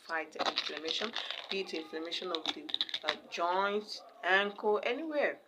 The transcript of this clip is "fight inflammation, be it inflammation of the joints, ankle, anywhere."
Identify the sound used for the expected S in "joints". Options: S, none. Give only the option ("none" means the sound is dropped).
none